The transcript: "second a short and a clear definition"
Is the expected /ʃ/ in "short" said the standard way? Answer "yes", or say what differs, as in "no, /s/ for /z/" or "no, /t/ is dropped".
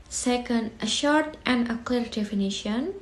yes